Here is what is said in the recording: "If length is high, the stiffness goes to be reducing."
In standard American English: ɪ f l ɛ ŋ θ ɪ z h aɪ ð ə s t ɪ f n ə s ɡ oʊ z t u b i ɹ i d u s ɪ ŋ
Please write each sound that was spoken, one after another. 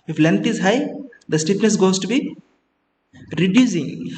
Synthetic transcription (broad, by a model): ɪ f l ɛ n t ɪ z h aɪ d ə s t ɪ p n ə s ɡ oʊ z t u b i ɹ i d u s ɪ ŋ